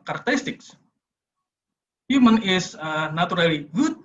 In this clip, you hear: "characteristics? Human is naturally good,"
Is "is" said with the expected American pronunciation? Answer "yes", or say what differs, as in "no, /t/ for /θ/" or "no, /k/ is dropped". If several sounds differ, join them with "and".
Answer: no, /s/ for /z/